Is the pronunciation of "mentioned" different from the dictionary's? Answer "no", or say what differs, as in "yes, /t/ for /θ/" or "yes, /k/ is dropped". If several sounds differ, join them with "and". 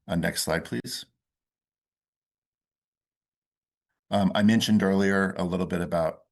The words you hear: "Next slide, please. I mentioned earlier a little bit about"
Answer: no